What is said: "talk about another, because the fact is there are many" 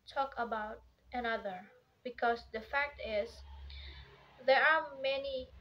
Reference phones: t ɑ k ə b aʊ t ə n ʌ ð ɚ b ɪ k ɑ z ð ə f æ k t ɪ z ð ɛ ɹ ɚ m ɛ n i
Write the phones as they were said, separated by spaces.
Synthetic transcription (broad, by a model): t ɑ k ə b aʊ t ə n ʌ ð ɚ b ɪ k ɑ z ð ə f æ k t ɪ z ð ɛ ɹ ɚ m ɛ n i